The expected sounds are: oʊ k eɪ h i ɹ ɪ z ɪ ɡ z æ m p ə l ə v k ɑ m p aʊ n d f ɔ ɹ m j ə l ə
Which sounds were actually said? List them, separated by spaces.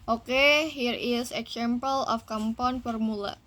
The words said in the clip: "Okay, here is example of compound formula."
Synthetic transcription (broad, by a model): oʊ k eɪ h i ɹ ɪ s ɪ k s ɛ m p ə l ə f k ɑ m p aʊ n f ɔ ɹ m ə l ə